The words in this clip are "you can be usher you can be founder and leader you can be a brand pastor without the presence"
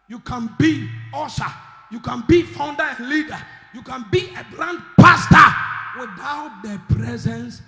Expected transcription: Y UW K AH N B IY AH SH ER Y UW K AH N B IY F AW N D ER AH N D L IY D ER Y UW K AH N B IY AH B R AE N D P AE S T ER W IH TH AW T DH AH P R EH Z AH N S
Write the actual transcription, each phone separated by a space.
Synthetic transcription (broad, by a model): Y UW K AH N B IY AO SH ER Y UW K AH N B IY F AW N D ER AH N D L IY D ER Y UW K AH N B IY AH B L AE N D P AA S T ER W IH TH AW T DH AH P R EH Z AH N S